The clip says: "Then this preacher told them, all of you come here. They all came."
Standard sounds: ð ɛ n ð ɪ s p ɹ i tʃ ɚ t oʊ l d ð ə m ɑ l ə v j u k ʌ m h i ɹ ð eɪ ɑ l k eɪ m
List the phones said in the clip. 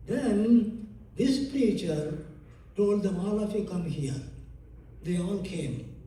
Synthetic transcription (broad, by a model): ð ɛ n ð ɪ s p ɹ i tʃ ɚ t oʊ l d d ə m ɑ l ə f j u k ʌ m h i ɹ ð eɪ ɑ l k eɪ m